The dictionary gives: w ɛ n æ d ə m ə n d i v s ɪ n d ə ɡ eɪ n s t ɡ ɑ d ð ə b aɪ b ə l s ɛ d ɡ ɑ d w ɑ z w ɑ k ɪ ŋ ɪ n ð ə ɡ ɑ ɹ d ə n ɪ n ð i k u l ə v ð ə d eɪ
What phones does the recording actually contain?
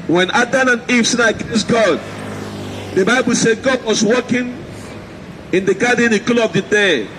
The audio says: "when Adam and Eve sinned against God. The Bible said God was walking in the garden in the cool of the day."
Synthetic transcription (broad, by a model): w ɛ n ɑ d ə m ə n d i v s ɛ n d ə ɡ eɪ s ɡ ɑ d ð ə b aɪ b ə l s ɛ d ɡ ɑ d w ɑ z w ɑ k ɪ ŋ ɪ n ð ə ɡ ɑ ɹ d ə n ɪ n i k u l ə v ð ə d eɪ